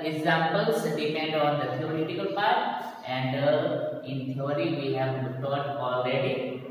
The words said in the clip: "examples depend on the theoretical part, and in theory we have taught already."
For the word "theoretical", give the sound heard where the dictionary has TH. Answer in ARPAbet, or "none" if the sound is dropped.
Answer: S